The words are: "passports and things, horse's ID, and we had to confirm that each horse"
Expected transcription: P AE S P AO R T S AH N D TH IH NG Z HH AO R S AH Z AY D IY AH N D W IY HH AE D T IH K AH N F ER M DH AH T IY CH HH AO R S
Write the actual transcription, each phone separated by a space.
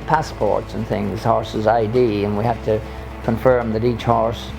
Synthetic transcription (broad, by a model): P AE S P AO R T S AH N TH IH NG Z HH AO R S AH Z AY D IY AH N W IY HH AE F T IH K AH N F ER M DH AH T IY CH HH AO R S